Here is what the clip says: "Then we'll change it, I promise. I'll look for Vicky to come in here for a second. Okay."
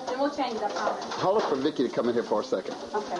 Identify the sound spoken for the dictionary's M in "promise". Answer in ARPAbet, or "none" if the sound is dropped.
none